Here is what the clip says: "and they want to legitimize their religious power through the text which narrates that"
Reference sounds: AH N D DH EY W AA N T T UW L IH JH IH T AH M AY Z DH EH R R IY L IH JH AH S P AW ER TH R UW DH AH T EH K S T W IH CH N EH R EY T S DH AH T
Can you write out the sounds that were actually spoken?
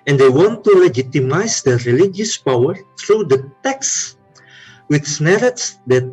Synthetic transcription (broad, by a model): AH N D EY W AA N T T UW L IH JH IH T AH M AY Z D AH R R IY L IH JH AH S P AW ER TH R UW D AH T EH K S W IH S N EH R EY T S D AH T